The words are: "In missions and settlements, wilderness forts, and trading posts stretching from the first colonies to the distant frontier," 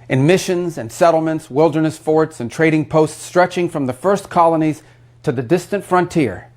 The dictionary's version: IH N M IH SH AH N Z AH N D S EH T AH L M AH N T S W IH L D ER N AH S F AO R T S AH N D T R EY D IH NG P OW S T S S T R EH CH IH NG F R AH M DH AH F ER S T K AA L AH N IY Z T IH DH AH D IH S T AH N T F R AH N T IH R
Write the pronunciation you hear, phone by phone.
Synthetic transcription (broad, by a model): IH N M IH SH AH N Z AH N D S EH T L M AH N T S W IH L D ER N AH S F AO R T S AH N T R EY D IH NG P OW S T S S T R EH CH IH NG F R AH M DH AH F ER S K AA L AH N IY Z T IH DH AH D IH S T AH N T F R AH N T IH R